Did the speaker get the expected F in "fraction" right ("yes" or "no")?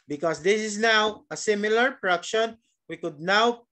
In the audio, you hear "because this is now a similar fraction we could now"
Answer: no